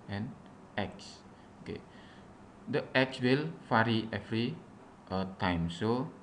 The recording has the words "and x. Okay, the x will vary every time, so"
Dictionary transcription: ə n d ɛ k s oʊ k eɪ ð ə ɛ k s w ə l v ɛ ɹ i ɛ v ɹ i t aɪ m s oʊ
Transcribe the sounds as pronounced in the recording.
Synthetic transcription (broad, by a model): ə n ɛ k s oʊ k eɪ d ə ɛ k s w ə l f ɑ ɹ i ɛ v ɹ i t aɪ m s oʊ